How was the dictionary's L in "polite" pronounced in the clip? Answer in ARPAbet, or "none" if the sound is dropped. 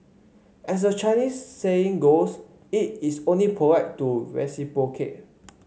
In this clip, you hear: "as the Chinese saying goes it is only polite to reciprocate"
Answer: W